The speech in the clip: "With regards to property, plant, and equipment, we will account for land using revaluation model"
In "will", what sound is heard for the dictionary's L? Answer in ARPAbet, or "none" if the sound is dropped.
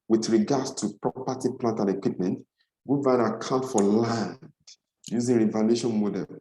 N